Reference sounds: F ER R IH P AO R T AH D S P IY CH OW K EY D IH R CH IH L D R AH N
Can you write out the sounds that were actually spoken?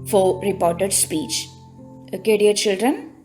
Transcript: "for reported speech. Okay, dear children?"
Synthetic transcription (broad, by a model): F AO R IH P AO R T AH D S P IY CH OW K EY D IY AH CH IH L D R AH N